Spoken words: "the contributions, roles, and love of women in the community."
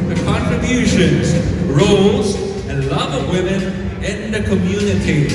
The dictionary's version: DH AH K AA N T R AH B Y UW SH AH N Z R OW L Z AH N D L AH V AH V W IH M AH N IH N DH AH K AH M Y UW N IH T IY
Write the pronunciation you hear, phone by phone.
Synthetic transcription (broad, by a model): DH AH K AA N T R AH B Y UW SH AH N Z R OW L Z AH N L AH V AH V W IH M AH N IH N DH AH K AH M Y UW N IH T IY